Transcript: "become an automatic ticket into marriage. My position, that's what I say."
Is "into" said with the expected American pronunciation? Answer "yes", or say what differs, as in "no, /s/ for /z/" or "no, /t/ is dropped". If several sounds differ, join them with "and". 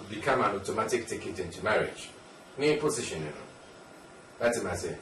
yes